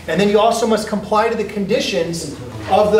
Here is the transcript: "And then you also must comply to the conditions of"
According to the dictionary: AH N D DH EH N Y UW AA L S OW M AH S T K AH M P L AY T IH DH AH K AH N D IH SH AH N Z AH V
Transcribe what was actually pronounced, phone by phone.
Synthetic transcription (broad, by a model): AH N DH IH N Y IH AA L S OW M AH S K AH M P L AY T IH DH AH K AH N D IH SH AH N Z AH V